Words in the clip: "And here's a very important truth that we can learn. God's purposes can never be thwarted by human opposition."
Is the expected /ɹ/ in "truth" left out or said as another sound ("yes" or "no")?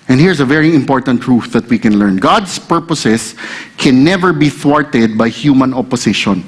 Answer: no